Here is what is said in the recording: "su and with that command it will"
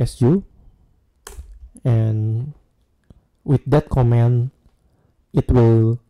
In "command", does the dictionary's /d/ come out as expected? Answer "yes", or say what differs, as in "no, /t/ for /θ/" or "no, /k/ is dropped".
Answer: no, /d/ is dropped